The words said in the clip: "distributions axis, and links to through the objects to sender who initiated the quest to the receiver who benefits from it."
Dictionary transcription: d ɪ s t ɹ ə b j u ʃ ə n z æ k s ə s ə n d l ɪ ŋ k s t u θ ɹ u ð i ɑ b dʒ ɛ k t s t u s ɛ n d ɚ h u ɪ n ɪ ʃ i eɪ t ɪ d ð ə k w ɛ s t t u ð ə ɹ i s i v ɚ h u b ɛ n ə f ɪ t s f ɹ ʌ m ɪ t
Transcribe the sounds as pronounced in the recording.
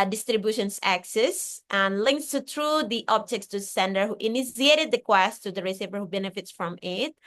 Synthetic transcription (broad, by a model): d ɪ s t ɹ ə b j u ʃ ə n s æ k s ə s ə n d l ɪ ŋ k s t u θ ɹ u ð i ɑ b dʒ ɛ k t s t u s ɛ n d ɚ h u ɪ n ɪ s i eɪ t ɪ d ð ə k w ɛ s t t u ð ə ɹ i s i v ɚ h u b ɛ n ə f ɪ t s f ɹ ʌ m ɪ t